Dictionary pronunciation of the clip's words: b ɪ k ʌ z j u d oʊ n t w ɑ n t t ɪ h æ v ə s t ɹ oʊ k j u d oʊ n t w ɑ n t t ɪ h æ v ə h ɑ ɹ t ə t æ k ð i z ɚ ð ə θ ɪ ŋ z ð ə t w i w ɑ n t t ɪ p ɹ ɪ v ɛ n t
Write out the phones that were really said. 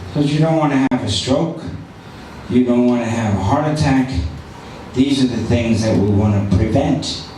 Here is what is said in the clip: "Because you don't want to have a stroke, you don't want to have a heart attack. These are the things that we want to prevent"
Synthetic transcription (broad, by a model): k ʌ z j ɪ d oʊ n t w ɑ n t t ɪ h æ v ə s t ɹ oʊ k j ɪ d oʊ n t w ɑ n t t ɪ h v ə h ɑ ɹ t ə t æ k ð i z ɚ ð ə θ ɪ ŋ z ð ə t w i w ɑ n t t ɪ p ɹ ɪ v ɛ n t